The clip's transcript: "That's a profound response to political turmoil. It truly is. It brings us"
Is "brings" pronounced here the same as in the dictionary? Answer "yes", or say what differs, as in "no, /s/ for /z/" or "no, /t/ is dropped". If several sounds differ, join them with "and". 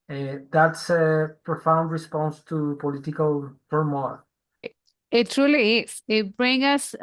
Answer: no, /z/ is dropped